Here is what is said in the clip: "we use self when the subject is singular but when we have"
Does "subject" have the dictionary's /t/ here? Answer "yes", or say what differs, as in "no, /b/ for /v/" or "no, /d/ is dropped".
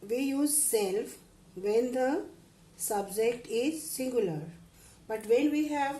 yes